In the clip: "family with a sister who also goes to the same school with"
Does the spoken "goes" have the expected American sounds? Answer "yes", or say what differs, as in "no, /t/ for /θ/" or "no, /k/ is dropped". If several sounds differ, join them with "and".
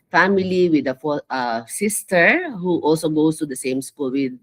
no, /s/ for /z/